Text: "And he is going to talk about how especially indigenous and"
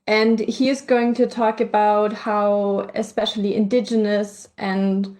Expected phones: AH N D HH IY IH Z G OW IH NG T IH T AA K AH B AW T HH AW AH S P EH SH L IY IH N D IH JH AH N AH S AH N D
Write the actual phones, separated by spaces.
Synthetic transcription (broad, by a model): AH N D HH IY IH Z G OW IH NG T IH T AA K AH B AW T HH AW AH S P EH SH L IY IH N D IH JH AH N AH S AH N